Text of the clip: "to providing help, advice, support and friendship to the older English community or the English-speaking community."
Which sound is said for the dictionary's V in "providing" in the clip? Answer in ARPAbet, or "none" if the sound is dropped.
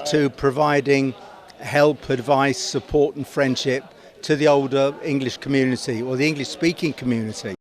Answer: V